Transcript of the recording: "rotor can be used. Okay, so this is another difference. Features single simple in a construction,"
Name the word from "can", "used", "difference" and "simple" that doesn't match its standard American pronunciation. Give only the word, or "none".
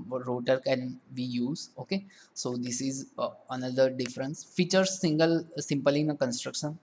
used